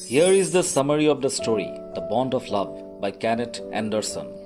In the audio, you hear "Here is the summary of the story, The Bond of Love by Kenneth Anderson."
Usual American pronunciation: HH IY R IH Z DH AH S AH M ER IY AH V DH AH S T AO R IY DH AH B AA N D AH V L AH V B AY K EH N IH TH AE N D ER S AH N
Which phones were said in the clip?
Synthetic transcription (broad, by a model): HH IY R IH Z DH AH S AH M ER IY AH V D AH S T AO R IY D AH B AA N D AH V L AH V B AY K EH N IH T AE N D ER S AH N